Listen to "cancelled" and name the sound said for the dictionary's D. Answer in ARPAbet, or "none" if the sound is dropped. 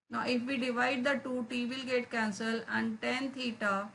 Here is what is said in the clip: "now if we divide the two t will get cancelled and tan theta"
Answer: none